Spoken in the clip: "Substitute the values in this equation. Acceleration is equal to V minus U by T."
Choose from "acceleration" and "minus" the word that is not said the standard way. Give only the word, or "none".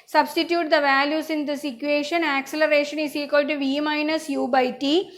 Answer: none